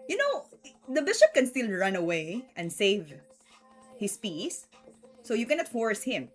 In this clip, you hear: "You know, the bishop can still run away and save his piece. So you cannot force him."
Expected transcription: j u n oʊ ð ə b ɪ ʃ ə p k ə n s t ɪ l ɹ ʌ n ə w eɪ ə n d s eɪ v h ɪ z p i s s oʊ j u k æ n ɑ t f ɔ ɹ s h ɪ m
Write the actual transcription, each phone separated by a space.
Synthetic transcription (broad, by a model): j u n oʊ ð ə b ɪ ʃ ə p k ə n s t ɪ l ɹ ʌ n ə w eɪ ə n d s eɪ v h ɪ s p i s s oʊ j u k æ n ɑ t f ɔ ɹ s h ɪ m